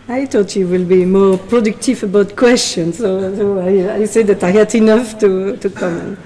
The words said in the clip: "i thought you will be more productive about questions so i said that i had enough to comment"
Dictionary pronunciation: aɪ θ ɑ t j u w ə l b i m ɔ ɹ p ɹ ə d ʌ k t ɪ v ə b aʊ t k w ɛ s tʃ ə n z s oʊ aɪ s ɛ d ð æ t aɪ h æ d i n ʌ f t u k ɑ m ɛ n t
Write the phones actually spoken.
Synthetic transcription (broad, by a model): aɪ t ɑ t j u w ə l b i m ɔ ɹ p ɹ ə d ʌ k t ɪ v ə b aʊ t k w ɛ s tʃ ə n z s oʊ aɪ s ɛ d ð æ t aɪ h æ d i n ʌ f t u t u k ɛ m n